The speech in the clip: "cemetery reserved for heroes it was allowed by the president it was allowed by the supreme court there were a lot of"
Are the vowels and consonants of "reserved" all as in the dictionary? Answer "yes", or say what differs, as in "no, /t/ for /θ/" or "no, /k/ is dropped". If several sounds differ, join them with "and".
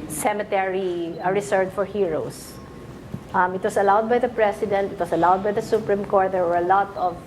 no, /s/ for /z/